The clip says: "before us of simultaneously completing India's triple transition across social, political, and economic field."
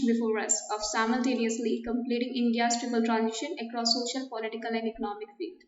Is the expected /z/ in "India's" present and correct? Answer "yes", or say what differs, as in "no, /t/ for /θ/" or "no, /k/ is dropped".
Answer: no, /s/ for /z/